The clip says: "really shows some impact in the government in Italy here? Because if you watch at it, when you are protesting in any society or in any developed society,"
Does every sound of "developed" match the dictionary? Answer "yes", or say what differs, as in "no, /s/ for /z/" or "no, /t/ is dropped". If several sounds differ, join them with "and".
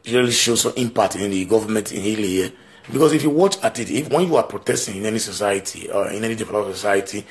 no, /f/ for /v/